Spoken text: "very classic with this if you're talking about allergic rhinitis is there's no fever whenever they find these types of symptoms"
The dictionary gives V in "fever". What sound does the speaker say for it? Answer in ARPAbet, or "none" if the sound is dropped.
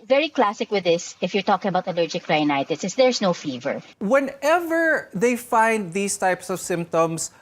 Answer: V